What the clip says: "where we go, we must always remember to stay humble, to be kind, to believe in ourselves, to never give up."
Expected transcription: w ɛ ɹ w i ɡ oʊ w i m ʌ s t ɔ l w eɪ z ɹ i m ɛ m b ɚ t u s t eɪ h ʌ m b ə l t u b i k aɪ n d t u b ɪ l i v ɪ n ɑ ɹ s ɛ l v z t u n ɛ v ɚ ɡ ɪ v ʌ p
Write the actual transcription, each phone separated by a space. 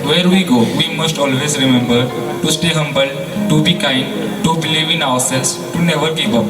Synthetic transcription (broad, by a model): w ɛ ɹ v i ɡ oʊ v i m ʌ s t ɔ l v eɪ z ɹ i m ɛ m b ɚ t u s t eɪ h ʌ m b ə l t u b i k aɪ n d t u b ɪ l i v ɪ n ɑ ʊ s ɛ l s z t u n ɛ v ɚ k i p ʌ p